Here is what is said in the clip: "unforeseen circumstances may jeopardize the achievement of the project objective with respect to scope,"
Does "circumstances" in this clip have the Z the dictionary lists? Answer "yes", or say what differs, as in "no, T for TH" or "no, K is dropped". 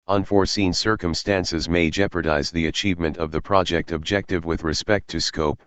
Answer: yes